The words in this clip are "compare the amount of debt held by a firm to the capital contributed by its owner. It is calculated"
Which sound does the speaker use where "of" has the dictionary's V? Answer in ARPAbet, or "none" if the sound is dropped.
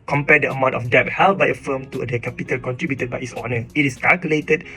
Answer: F